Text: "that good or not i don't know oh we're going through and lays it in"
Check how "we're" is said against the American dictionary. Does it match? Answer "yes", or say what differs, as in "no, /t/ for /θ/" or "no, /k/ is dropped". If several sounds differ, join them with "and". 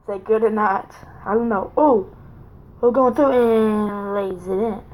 no, /l/ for /ɹ/